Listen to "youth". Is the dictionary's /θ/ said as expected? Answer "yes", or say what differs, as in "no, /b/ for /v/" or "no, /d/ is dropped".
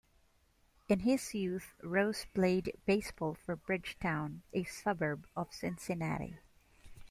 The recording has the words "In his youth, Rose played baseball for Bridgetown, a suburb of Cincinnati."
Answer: yes